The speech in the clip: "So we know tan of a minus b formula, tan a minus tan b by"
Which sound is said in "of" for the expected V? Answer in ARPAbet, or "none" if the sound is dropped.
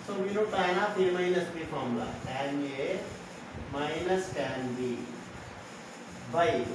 P